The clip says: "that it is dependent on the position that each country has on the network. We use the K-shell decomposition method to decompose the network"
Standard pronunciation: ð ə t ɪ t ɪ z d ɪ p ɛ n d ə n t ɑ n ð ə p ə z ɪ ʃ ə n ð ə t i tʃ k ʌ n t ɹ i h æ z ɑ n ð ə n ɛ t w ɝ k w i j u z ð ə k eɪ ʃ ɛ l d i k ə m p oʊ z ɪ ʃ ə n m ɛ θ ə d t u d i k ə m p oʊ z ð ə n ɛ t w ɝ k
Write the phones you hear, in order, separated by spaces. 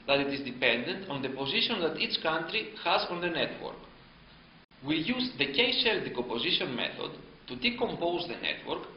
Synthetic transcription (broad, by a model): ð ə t ɪ t ɪ z d ɪ p ɛ n d ə n t ɑ n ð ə p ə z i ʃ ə n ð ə t i tʃ k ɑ n t ɹ i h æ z ɑ n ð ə n ɛ t w ɝ k w i j u z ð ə k eɪ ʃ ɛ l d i k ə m p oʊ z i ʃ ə n m ɛ θ ə d t u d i k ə m p oʊ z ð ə n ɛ t w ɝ k